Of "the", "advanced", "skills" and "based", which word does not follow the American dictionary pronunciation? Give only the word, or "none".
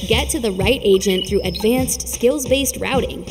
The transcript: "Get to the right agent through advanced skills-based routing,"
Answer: none